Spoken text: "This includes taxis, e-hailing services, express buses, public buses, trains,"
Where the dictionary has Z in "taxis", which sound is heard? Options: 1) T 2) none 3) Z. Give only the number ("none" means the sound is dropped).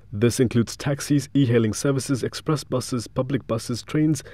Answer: 3